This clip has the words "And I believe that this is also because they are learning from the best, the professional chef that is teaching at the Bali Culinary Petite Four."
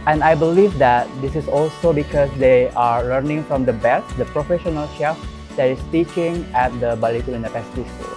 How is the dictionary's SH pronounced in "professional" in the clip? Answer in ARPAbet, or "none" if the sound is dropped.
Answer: SH